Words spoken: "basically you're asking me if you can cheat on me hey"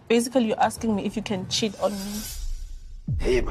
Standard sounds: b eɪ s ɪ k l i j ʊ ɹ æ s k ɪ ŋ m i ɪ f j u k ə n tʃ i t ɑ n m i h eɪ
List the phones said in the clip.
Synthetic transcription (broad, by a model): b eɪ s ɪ k l i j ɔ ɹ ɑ s k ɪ ŋ m i ɪ f j u k ə n tʃ i t ɑ n m i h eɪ